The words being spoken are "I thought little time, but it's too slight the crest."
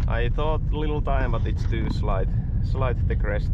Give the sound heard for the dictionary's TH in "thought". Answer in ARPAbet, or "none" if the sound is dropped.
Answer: TH